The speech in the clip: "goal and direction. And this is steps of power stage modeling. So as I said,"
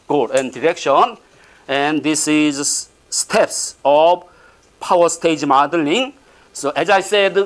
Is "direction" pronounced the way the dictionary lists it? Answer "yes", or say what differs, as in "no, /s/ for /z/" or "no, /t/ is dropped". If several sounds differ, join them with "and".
yes